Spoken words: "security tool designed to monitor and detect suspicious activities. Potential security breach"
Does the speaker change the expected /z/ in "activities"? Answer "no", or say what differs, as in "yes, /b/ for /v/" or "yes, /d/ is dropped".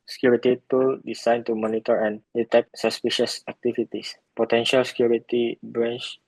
yes, /s/ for /z/